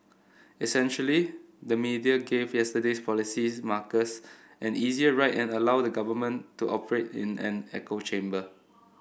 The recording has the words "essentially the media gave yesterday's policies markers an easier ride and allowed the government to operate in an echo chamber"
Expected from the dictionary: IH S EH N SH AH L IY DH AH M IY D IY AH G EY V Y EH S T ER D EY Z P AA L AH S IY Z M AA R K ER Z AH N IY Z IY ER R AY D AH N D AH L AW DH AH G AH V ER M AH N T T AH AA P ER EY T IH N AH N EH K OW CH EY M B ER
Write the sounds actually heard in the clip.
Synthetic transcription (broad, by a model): IH S EH N SH AH L IY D AH M IY D IY AH G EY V Y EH S T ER D EY S P AA L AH S IY M AA K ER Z AH N IY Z IY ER R AY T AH N AH L AW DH AH G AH V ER M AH N T T AA P ER EY T IH N AH N EH K OW CH EY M B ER